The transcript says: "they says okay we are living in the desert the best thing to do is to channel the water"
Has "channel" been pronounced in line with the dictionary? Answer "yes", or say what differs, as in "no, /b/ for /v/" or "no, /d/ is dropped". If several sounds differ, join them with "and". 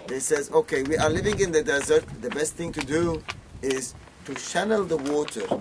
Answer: no, /ʃ/ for /tʃ/